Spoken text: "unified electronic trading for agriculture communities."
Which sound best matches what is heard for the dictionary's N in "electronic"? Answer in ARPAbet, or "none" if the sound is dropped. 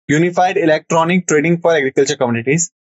N